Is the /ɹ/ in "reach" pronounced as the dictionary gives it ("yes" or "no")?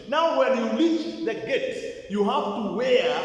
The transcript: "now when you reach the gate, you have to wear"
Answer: no